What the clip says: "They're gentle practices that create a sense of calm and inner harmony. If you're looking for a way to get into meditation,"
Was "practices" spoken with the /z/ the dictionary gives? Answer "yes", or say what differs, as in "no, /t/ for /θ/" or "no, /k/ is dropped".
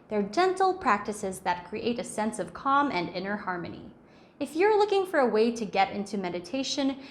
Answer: yes